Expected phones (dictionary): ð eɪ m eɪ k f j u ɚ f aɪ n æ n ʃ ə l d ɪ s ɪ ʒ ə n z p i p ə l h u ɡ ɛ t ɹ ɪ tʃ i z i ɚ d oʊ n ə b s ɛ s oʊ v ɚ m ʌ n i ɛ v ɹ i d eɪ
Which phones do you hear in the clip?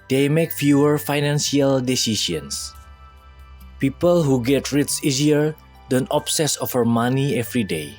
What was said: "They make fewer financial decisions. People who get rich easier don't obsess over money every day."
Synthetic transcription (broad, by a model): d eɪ m eɪ k f j u ɚ f aɪ n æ n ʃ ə l d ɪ s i s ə n s p i p ə l h u ɡ ɛ t ɹ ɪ s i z i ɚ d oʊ n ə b s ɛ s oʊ f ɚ m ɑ n i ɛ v ɹ i d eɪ